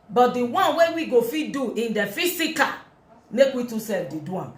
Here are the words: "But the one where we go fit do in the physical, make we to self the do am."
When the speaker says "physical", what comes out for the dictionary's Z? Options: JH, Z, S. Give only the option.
S